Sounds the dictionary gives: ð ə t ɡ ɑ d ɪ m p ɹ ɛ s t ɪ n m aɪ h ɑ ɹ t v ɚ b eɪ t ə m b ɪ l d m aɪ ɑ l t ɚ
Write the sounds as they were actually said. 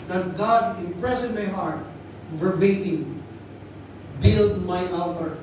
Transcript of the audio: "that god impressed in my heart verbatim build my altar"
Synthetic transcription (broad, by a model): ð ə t ɡ ɑ d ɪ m p ɹ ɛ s ɪ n m aɪ h ɑ ɹ t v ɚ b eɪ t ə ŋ b ɪ l d m aɪ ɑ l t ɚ